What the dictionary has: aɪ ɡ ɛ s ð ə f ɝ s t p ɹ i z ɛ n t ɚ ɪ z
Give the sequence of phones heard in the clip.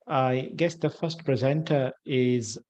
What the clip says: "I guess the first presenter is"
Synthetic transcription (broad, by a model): aɪ ɡ ɛ s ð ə f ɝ s t p ɹ i z ɛ n t ɚ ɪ z